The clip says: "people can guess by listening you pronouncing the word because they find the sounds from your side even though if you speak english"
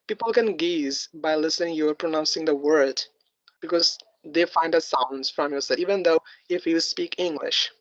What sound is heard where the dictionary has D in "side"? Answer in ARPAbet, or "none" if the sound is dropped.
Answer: none